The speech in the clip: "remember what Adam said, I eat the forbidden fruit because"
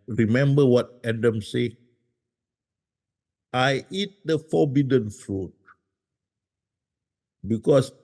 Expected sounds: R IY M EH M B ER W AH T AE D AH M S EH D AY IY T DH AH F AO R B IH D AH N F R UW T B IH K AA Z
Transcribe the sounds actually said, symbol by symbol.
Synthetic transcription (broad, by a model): R IY M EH M B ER W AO T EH D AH M S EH AY IY T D AH F AO B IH D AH N F R UW T B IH K AA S